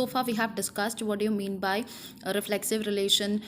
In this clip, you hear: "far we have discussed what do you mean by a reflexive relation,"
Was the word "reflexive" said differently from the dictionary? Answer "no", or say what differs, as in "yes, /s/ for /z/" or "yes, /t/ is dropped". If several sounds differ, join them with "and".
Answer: no